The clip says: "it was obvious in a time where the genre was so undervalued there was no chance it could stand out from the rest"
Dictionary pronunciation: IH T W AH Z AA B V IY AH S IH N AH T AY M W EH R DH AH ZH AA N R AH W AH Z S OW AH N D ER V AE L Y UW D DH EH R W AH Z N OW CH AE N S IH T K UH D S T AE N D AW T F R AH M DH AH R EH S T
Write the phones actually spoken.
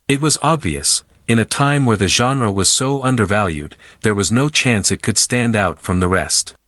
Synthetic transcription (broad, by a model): IH T W AH Z AA B V IY AH S IH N AH T AY M W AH R DH AH ZH AA N R AH W AH Z S OW AH N D ER V AE L Y UW D DH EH R W AH Z N OW CH AE N S IH T K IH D S T AE N D AW T F R AH M DH AH R EH S T